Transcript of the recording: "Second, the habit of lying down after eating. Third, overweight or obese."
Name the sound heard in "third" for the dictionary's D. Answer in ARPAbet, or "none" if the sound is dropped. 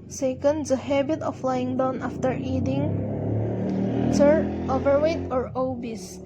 none